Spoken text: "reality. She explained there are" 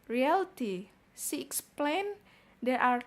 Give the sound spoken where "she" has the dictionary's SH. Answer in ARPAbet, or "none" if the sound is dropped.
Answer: S